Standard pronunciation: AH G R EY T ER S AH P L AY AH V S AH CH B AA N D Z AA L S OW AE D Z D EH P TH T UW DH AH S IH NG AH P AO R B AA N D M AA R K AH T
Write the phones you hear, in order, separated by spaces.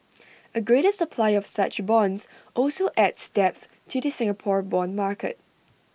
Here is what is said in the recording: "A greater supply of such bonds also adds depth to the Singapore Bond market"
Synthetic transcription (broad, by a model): AH G R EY T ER S AH P L AY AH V S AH CH B AA N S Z AA L S OW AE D S D EH P TH T UW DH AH S IH NG AH P AO R B AA N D M AA R K AH T